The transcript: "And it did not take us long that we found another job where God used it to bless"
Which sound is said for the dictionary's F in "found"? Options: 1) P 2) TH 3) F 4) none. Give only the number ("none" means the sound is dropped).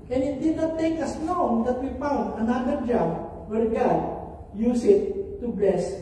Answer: 1